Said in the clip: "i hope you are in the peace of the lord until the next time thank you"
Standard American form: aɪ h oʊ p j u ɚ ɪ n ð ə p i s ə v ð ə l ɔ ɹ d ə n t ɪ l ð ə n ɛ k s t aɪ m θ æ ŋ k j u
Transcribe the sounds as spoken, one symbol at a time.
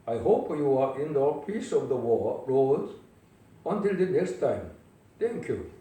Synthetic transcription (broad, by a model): aɪ h oʊ p j u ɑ ɪ n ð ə p i s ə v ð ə w ɔ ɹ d ə n t ɪ l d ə n ɛ k s t aɪ m t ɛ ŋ k j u